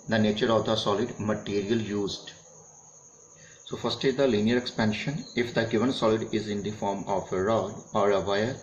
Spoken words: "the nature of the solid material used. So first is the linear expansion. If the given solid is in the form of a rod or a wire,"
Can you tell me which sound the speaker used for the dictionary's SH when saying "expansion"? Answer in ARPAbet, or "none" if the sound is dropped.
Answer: SH